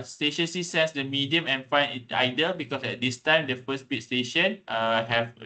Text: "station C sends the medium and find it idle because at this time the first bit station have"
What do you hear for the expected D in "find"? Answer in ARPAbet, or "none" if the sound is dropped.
none